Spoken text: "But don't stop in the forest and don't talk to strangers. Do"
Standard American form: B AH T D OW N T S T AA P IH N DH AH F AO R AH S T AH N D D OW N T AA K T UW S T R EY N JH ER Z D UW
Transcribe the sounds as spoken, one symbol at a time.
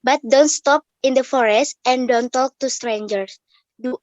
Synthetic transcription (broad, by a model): B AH T D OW N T S T AA P IH N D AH F AO R AH S T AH N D D OW N T AA K T UW S T R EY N JH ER S D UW